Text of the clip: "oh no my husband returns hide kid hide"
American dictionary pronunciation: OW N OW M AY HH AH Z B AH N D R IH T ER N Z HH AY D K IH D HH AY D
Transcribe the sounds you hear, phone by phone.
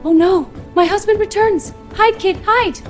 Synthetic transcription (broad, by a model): OW N OW M AY HH AH Z B AH N D R IH T ER N Z HH AY D K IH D HH AY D